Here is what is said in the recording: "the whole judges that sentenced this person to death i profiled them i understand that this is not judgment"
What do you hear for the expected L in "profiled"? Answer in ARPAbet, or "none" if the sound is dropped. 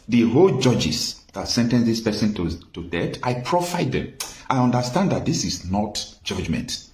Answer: none